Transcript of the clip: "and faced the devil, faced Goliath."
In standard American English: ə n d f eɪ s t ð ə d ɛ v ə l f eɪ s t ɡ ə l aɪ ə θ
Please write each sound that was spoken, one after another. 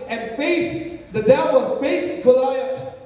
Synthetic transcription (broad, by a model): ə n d f eɪ s ð ə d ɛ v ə n f eɪ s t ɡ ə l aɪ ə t